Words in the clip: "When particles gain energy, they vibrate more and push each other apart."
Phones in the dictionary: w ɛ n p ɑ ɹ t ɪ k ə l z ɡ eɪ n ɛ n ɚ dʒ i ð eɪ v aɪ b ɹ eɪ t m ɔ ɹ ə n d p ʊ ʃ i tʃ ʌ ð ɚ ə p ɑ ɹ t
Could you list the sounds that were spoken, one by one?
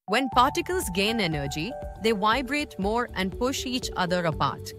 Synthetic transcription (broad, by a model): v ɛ n p ɑ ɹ t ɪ k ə l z ɡ eɪ n ɛ n ɚ dʒ i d eɪ v aɪ b ɹ eɪ t m ɔ ɹ ə n d p ʊ ʃ i tʃ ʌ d ɚ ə p ɑ ɹ t